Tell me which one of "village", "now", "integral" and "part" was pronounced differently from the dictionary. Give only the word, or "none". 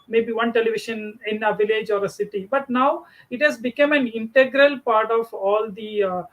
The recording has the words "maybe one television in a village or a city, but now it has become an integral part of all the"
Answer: none